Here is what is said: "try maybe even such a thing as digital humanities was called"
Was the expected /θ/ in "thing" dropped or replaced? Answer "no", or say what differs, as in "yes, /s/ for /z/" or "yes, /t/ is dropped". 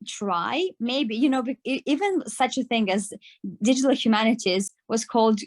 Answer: no